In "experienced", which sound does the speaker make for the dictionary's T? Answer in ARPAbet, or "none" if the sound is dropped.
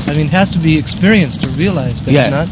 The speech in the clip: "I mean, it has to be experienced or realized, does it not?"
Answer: T